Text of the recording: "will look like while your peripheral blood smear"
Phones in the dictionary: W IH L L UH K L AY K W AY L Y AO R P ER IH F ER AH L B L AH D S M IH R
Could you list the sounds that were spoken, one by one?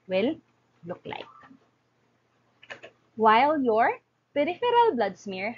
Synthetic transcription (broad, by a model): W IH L L UH K L AY K W AY L Y AO R P ER IH F ER AH L B L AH D S M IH R